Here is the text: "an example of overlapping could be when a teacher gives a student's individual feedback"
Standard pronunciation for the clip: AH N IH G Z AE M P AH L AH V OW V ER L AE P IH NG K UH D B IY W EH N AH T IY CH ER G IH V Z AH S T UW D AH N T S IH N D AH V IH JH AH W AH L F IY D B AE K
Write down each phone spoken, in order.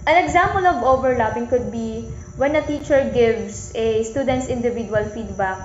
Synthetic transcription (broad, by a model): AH N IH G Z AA M P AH L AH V OW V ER L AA P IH NG K UH D B IY W EH N AH T IY CH ER G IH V S AH S T UW D AH N T S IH N D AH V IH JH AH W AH L F IY D B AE K